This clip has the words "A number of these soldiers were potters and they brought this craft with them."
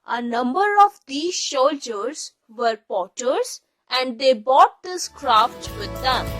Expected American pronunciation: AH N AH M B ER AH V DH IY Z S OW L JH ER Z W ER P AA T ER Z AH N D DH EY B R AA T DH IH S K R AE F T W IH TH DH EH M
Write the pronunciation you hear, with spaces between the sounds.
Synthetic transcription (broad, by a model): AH N AH M B ER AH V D IY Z SH OW L JH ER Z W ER P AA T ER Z AH N D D EY B AA T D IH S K R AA F T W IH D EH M